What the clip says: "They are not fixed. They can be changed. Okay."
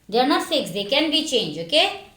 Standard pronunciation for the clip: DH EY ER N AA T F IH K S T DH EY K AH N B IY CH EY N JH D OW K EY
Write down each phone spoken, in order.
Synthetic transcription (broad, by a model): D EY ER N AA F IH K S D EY K AH N B IY CH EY N JH OW K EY